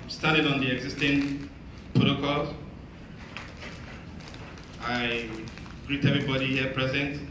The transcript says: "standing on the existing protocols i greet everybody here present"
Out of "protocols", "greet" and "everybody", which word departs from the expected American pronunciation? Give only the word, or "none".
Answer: protocols